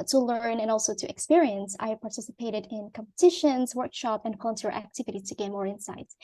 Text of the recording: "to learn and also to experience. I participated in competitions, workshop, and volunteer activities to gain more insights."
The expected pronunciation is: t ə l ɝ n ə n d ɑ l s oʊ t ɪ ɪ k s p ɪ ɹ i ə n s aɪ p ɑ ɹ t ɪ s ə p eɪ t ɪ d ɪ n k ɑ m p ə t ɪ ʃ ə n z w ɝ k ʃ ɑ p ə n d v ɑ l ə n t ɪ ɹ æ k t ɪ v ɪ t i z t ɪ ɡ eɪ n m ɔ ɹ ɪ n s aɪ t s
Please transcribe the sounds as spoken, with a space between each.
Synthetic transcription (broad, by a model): t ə l ɝ n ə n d ɑ l s oʊ t ɪ ɪ k s p ɪ ɹ i ə n s aɪ p ɑ ɹ t ɪ s ə p eɪ t ɪ d ɪ n k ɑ m p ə t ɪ ʃ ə n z w ɝ k ʃ ɑ p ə n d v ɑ l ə n t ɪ ɹ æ k t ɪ v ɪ t i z t ɪ ɡ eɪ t m ɔ ɹ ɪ n s aɪ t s